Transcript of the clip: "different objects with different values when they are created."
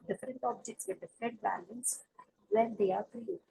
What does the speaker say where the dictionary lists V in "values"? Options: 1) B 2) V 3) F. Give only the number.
1